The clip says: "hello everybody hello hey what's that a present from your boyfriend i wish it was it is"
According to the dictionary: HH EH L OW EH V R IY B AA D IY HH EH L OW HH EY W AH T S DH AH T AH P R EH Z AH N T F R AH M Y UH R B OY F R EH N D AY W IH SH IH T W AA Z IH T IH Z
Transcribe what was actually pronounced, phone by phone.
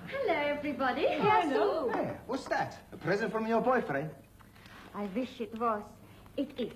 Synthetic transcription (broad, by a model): HH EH L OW EH V R IY B AA D IY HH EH OW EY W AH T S DH AH T AH P R EH Z AH N T F R AH M Y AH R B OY F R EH AY W IH SH IH T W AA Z IH T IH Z